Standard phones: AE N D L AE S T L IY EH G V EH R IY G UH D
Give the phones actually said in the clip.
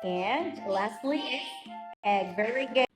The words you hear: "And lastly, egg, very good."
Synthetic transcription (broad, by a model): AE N L AE S T L IY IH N V EH R IY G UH